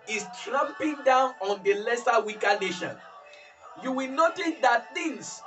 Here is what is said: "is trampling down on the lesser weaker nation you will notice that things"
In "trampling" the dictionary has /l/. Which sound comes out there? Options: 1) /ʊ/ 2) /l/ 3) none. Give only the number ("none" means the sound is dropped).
3